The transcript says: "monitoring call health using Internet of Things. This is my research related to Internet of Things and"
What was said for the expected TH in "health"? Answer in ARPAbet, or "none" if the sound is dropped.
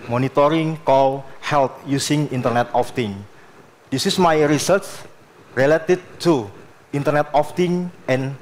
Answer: T